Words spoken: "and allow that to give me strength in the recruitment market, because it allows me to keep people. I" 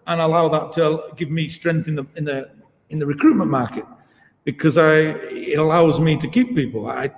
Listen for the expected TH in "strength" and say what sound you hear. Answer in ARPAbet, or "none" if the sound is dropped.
TH